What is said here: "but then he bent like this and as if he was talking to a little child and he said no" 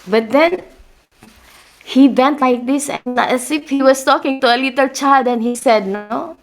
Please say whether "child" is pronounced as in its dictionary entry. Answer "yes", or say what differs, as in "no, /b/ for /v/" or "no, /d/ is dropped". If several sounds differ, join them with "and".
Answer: no, /l/ is dropped